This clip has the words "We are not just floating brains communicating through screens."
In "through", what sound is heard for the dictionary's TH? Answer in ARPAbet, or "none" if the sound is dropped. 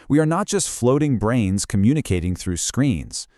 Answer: TH